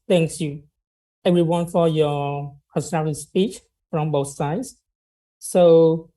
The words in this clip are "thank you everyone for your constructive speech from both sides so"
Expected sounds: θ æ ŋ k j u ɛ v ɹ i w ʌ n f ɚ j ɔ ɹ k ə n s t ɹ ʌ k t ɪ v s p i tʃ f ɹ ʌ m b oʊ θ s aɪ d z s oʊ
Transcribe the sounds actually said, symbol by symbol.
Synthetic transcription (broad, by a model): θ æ ŋ k j u ɛ v ɹ i w ʌ n f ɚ j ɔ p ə s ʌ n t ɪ s p i tʃ f ɹ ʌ m b oʊ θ s aɪ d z s oʊ